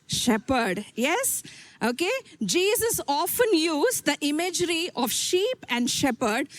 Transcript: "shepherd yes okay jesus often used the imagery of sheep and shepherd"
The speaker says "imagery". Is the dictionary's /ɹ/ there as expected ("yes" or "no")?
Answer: yes